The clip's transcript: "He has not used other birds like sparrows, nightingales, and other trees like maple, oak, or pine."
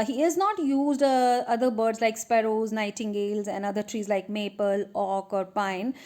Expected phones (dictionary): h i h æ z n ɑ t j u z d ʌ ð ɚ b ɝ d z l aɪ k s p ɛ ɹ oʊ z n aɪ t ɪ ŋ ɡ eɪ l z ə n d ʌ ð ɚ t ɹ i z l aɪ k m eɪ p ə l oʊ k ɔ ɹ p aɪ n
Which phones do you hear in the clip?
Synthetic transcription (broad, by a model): h i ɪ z n ɑ t j u z d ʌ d ɚ b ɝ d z l aɪ k s p ɛ ɹ oʊ z n aɪ t ɪ ŋ ɡ eɪ l z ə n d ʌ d ɚ t ɹ i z l aɪ k m eɪ p ə l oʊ k ɔ ɹ p aɪ n